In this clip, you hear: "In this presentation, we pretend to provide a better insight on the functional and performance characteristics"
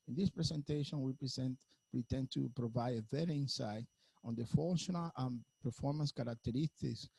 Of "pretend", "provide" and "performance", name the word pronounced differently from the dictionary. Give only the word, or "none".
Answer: pretend